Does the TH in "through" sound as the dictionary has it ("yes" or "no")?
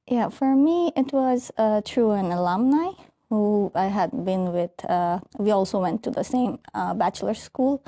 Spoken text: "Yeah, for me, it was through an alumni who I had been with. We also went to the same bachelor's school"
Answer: no